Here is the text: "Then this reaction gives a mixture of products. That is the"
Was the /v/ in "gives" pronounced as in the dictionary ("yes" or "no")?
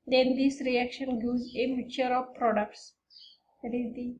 no